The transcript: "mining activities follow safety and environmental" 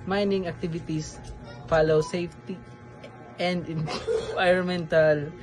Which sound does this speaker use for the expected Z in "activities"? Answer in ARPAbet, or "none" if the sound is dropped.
S